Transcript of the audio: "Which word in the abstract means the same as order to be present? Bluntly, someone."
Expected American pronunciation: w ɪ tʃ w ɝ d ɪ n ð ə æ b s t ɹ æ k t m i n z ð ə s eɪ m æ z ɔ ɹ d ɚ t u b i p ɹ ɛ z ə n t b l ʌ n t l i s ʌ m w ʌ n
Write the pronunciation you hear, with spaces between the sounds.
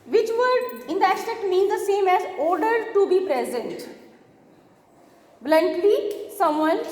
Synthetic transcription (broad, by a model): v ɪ tʃ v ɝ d ɪ n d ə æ s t ɛ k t m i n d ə s eɪ m æ z ɔ ɹ d ɚ t u b i p ɹ ɛ z ə n t b l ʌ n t l i s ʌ m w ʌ n